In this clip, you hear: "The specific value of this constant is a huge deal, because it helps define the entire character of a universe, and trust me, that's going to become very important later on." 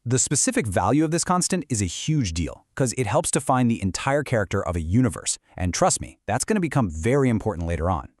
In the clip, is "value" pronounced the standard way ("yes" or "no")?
yes